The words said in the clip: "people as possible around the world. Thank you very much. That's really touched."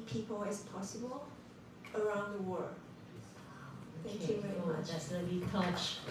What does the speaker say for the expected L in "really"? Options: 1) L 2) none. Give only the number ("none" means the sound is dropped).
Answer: 2